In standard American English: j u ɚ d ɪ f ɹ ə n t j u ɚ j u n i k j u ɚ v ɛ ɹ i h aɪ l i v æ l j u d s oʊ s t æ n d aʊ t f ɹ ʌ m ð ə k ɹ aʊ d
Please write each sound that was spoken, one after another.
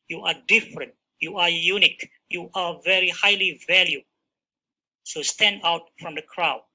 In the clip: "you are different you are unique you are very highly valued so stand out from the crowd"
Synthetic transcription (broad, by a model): j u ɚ d ɪ f ɹ ə n t j u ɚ j u n i k j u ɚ v ɛ ɹ i h aɪ l i v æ l j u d s oʊ s t æ n d aʊ t f ɹ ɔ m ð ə k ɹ aʊ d